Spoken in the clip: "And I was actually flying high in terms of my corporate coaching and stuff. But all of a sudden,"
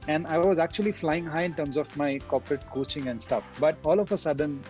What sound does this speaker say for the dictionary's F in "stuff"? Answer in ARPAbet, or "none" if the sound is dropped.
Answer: F